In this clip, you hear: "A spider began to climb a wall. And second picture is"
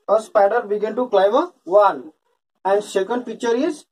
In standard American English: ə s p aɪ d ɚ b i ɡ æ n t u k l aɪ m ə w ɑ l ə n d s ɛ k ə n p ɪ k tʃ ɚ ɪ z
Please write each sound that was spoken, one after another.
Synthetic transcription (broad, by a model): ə s p aɪ d ɚ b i ɡ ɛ n t u k l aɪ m ə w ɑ n ə n d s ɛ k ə n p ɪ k tʃ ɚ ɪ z